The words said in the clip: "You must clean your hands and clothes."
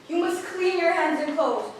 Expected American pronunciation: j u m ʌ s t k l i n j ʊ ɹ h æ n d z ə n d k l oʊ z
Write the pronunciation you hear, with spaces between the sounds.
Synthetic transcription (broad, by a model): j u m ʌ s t k l i n j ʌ ɹ h æ n d z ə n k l oʊ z